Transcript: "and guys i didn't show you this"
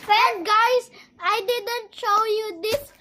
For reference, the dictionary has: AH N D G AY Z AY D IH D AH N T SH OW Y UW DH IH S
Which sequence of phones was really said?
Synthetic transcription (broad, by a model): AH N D G AY S AY D IH D AH N T SH OW Y UW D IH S